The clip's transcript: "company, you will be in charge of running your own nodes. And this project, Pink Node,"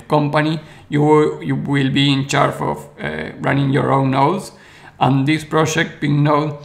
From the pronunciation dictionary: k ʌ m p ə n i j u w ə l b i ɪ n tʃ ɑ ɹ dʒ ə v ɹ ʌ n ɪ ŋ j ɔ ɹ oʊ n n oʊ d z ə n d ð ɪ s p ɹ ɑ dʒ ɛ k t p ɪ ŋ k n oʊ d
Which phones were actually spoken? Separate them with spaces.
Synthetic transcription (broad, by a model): k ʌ m p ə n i j u w ə l b i ɪ n tʃ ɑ ɹ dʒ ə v ɹ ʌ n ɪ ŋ j ɔ ɹ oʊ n n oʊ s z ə n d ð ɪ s p ɹ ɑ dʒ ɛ k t b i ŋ n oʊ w